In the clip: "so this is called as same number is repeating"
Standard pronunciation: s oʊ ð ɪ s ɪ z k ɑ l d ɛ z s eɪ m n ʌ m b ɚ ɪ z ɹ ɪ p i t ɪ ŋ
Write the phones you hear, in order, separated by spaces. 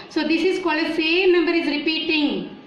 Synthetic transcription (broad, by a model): s oʊ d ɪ s ɪ z k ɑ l ʌ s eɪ n ʌ m b ɚ ɪ z ɹ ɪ p i t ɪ ŋ